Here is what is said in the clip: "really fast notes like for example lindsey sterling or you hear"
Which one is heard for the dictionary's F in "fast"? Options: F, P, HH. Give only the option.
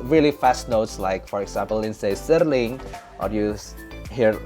F